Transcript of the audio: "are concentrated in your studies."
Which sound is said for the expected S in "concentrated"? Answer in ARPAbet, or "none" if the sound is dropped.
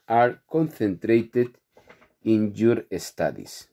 TH